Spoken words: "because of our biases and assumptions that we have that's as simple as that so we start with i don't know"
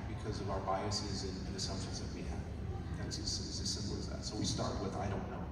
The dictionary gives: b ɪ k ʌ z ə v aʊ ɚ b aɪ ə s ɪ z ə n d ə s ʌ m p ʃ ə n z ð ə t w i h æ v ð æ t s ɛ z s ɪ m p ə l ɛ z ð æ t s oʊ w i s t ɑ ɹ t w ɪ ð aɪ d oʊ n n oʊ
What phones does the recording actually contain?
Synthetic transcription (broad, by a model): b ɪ k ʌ z ə v aʊ ɚ b aɪ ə s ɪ z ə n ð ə s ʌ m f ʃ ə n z ð ə t w i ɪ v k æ s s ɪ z s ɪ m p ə l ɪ z ð æ t s oʊ w i s t ɑ ɹ t w ɪ ð aɪ d oʊ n n oʊ